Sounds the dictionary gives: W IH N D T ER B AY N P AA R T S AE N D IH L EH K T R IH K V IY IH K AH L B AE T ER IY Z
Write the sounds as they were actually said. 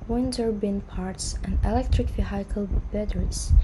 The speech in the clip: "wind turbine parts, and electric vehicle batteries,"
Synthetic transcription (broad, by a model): W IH N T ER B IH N P AA R T S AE N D IH L EH K T R IH K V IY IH K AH L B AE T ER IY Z